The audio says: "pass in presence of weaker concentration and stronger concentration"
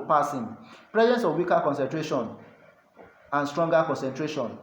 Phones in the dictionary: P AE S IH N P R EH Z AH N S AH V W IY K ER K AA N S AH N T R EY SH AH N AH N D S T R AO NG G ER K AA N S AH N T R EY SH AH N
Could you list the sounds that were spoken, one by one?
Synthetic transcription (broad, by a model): P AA S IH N P R EH Z AH N S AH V W IY K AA K AA N S AH N T R EY SH AH N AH N S T R AO NG G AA K AA N S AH N T R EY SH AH N